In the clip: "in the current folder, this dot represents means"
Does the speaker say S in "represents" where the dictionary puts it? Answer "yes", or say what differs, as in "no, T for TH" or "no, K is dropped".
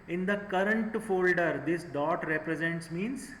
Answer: yes